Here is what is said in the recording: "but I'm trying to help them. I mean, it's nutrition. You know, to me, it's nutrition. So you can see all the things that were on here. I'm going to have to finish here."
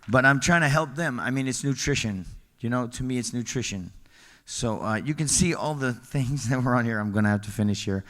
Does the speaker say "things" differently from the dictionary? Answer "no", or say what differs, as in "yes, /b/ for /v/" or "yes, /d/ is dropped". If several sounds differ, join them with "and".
no